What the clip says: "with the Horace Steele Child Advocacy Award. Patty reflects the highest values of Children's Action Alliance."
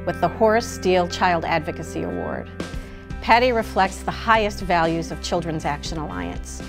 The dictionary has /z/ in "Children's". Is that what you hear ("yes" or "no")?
yes